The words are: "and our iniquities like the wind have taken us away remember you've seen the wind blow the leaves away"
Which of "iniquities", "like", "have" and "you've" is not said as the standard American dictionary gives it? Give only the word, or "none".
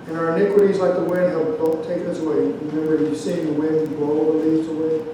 have